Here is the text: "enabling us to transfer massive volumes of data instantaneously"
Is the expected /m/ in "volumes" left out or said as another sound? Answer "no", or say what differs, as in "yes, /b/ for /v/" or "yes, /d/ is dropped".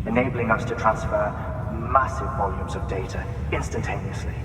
no